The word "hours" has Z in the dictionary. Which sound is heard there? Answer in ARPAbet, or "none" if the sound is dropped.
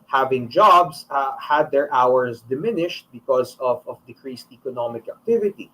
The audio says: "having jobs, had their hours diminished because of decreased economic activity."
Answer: S